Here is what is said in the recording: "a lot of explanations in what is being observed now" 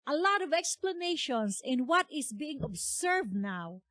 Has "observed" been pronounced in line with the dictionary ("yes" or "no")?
no